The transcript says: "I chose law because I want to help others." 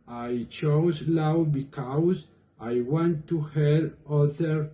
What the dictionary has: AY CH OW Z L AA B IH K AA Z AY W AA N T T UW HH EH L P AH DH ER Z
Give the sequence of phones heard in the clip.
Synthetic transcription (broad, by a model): AY CH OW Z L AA B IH K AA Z AY W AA N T T UW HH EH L AH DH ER